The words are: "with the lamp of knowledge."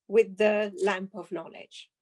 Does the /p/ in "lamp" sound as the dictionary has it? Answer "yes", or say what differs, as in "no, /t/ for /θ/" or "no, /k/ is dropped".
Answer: yes